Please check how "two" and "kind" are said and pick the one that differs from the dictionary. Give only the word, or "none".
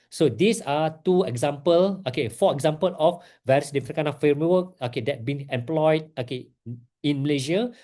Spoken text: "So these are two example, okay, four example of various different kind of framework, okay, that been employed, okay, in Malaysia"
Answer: kind